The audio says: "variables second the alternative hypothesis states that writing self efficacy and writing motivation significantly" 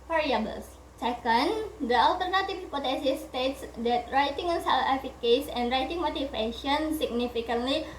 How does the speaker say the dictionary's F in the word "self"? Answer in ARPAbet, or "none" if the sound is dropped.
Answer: none